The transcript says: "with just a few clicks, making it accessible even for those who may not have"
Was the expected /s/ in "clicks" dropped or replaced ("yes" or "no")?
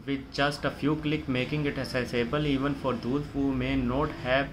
yes